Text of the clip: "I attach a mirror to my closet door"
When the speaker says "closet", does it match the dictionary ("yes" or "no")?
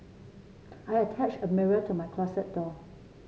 no